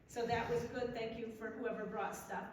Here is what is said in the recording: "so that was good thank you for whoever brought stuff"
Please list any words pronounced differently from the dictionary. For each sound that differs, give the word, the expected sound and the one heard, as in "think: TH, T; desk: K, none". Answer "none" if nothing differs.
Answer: none